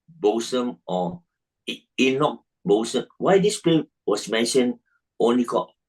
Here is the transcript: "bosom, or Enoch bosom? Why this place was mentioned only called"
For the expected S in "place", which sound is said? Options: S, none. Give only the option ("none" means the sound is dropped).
none